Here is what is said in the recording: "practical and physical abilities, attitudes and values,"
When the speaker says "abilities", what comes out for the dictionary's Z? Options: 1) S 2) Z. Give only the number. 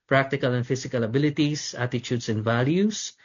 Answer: 1